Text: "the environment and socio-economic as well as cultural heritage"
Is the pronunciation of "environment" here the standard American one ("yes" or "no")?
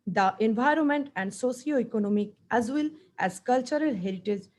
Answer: yes